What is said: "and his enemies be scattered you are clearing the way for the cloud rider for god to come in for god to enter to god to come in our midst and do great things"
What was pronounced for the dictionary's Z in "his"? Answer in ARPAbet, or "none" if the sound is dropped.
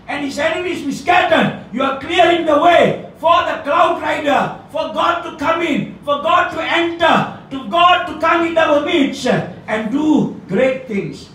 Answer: S